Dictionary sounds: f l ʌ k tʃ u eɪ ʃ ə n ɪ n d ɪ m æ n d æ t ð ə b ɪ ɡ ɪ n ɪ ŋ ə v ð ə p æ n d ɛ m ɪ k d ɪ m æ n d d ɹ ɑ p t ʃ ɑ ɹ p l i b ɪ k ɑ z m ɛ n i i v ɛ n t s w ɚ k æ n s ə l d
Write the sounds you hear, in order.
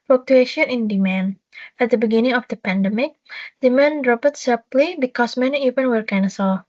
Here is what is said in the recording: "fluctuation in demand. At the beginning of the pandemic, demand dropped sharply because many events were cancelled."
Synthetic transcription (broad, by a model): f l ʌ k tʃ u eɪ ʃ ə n ɪ n d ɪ m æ n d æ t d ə b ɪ ɡ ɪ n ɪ ŋ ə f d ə p æ n d ɛ m ɪ k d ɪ m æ n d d ɹ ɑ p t s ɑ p l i b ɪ k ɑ s m ɛ n i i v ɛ n w ɚ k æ n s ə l